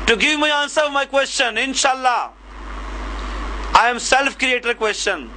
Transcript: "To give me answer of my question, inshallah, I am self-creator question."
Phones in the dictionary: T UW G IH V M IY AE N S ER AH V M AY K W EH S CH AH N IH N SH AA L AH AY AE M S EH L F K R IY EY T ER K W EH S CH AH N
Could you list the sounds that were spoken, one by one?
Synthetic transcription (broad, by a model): T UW G IH V M IY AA N S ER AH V M AY K W EH S CH AH N IH N SH AA L AH AY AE M S EH L F K R IY EY T ER K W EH S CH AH N